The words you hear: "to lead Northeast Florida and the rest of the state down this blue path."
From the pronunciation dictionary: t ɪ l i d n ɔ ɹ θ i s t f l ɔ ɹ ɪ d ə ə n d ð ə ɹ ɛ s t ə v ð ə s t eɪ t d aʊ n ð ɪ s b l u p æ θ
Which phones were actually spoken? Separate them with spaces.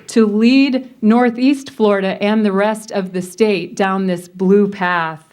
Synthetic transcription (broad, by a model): t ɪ l i d n ɔ ɹ θ i s t f l ɔ ɹ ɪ d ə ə n ð ə ɹ ɛ s t ə v ð ə s t eɪ t d aʊ n ð ɪ s b l u p æ θ